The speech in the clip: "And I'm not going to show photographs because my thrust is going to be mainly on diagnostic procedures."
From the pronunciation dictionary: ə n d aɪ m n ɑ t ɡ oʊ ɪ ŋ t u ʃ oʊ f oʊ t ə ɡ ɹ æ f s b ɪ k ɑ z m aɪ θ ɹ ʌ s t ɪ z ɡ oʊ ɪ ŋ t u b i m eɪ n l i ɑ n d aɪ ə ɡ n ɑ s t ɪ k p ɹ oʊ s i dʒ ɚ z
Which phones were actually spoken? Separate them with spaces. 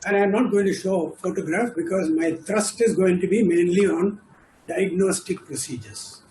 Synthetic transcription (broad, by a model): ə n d aɪ m n ɑ t ɡ oʊ ɪ ŋ t u ʃ oʊ f oʊ t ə ɡ ɹ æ f b ɪ k ɑ z m aɪ t ɹ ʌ s t ɪ z ɡ oʊ ɪ ŋ t u b i m eɪ n l i ɑ n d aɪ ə ɡ n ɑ s t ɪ k p ɹ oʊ s i dʒ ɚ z